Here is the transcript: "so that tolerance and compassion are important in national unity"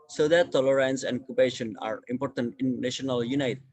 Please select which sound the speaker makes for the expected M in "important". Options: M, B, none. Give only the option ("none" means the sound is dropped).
M